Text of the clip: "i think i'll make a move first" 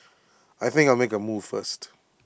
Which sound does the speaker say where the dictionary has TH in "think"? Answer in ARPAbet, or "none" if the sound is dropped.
TH